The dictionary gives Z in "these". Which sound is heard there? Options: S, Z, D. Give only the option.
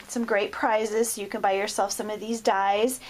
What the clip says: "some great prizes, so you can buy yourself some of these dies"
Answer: Z